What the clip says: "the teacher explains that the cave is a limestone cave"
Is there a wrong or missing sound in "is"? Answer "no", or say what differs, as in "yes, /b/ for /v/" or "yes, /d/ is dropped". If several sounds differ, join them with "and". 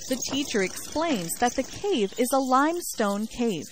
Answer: no